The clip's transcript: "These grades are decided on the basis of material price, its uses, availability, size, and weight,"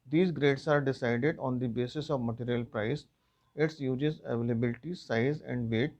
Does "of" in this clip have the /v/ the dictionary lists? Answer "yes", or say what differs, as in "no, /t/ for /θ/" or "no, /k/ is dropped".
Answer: yes